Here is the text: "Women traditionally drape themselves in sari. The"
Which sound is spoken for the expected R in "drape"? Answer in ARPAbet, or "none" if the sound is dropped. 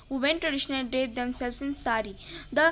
none